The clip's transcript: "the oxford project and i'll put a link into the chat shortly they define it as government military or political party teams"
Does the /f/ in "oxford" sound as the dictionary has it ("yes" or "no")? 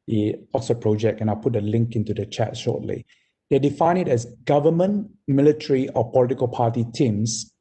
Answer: no